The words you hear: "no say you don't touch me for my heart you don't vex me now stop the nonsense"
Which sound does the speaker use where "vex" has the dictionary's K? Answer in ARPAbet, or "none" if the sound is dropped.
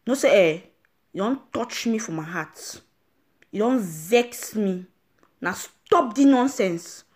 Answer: K